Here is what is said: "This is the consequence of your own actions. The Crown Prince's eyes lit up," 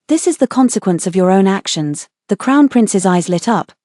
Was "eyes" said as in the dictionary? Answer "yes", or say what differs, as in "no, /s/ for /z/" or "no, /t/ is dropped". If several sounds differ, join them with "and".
yes